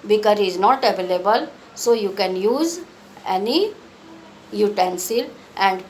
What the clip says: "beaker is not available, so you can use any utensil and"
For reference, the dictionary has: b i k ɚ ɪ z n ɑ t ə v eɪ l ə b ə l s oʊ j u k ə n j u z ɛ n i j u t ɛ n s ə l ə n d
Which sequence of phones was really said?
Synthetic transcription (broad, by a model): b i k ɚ ɪ z n ɑ t ə v eɪ l ə b ə l s oʊ j u k ə n j u z ɛ n i j u t ɛ n s ə l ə n d